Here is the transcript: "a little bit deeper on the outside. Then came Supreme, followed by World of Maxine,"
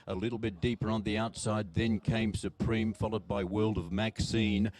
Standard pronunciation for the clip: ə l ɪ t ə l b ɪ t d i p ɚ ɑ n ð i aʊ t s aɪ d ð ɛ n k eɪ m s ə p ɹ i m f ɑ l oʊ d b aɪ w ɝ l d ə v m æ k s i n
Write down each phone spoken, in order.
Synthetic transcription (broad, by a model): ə l ɪ t l b ɪ t d i p ɚ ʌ n ð i aʊ t s aɪ d ð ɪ n k eɪ m s ə p ɹ i m f ɑ l oʊ d b aɪ w ɝ l d ə v m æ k s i n